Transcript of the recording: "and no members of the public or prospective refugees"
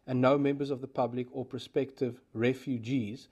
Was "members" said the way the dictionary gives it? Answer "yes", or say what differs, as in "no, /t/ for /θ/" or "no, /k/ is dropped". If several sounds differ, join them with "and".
yes